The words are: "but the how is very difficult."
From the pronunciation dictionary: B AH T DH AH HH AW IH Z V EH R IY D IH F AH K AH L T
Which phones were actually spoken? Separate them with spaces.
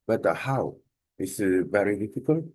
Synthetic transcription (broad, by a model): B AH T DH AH HH AW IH S V EH R IY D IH F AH K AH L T